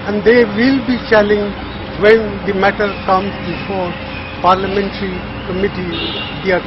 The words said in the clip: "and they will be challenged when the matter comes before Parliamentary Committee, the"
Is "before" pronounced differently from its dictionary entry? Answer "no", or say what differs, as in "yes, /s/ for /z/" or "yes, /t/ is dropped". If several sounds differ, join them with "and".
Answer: no